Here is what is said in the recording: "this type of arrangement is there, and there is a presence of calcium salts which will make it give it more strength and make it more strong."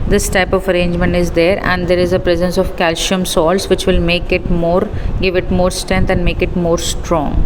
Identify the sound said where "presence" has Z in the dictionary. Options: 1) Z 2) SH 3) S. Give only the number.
1